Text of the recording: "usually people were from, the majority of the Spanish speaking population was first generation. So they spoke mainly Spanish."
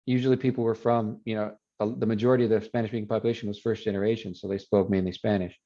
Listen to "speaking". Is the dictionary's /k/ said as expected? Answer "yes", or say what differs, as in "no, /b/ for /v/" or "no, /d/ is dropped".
no, /k/ is dropped